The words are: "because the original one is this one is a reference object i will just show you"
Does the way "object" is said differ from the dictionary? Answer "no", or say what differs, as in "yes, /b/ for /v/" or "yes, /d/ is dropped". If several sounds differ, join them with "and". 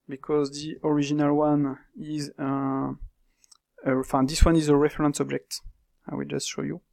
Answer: no